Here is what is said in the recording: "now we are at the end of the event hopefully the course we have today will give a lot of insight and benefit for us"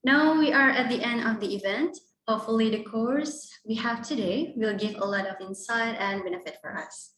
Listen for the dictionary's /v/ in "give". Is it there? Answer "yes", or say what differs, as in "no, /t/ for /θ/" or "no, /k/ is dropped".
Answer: yes